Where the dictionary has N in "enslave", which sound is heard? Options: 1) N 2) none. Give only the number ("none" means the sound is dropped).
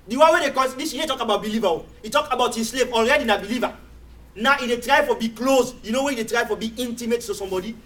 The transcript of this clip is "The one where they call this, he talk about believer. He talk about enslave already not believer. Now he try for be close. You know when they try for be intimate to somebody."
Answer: 2